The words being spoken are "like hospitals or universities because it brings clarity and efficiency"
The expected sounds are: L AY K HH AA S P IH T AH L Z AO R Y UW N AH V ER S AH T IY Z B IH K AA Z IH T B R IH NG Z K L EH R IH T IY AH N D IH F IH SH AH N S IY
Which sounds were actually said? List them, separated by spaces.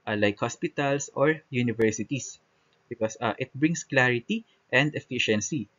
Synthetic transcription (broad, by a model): L AY K HH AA S P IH T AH L S AO R Y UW N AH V ER S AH T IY S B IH K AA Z IH T B R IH NG S K L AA R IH T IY AH N D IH F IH SH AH N S IY